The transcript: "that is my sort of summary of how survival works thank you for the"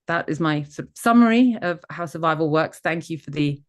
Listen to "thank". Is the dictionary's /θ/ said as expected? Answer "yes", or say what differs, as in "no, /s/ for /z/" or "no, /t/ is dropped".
yes